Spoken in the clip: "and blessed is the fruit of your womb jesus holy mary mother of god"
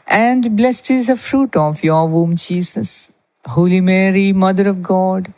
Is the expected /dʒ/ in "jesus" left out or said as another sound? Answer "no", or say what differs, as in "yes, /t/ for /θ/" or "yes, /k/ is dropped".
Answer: yes, /tʃ/ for /dʒ/